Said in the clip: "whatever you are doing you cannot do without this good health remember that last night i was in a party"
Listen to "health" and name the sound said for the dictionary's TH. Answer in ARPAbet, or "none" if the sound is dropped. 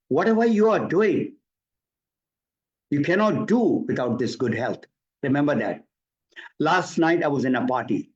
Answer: T